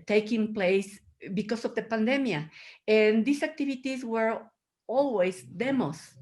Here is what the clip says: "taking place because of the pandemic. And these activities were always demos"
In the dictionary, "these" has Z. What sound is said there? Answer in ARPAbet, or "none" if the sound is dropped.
S